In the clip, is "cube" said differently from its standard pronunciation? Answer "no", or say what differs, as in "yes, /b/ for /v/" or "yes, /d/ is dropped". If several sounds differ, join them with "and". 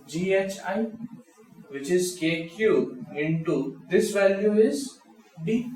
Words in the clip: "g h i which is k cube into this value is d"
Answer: yes, /b/ is dropped